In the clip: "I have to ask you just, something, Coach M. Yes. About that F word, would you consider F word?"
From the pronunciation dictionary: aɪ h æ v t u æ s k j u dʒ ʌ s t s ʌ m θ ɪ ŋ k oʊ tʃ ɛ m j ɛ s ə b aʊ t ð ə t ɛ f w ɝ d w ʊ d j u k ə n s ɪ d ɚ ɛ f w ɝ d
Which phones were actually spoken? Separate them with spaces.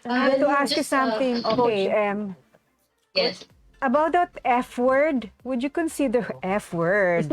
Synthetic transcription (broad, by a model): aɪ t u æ s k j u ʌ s s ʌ m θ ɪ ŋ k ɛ ɛ m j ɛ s ə b aʊ t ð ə t ɛ f w ɝ d w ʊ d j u k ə n s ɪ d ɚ ɛ f w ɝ d